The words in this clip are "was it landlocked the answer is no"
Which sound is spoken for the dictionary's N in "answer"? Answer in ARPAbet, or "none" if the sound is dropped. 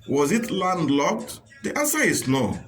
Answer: none